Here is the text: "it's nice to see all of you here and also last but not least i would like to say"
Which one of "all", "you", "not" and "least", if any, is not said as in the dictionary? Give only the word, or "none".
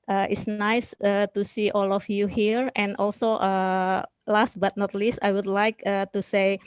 none